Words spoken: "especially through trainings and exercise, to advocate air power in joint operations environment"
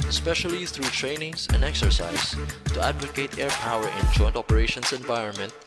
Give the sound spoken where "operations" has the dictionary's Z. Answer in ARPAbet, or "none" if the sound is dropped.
S